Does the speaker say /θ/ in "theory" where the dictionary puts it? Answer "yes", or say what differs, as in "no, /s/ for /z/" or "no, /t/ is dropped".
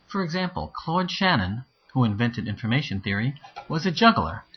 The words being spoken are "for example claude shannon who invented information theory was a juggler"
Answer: yes